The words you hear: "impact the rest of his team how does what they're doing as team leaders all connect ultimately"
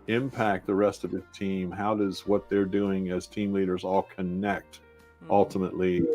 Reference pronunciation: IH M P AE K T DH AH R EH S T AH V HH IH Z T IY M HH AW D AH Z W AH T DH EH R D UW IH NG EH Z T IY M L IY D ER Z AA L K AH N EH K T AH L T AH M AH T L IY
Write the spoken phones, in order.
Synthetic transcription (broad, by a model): IH M P AE K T DH AH R EH S T AH V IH T IY M HH AW D AH Z W AH T DH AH R D UW IH NG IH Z T IY M L IY D ER Z AA L K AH N EH K T AH L T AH M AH T L IY